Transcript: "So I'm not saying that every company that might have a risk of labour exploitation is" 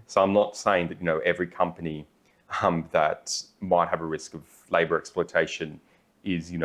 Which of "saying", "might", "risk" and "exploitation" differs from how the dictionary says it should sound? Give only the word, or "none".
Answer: none